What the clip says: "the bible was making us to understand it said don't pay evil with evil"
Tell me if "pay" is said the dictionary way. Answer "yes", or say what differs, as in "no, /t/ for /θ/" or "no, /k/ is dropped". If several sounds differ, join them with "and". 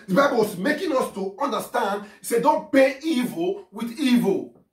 no, /b/ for /p/